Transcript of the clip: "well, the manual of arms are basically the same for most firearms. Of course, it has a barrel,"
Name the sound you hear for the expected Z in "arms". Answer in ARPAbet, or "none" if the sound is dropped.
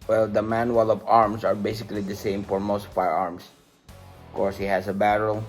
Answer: S